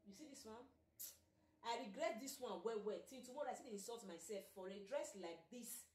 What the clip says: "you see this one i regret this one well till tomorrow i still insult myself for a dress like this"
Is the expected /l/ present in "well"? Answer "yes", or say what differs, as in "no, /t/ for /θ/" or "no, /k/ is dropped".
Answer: no, /w/ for /l/